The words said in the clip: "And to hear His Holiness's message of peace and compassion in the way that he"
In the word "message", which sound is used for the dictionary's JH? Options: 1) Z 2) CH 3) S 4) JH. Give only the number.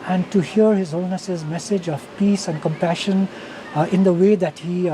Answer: 4